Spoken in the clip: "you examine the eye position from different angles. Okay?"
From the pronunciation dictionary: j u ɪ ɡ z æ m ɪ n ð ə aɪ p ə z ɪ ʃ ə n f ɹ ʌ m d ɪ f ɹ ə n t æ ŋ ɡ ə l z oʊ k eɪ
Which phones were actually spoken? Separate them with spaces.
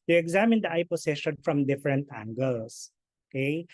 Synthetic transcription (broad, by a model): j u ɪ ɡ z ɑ m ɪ n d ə aɪ p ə s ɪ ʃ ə n f ɹ ʌ m d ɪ f ɹ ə n t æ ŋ ɡ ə l s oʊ k eɪ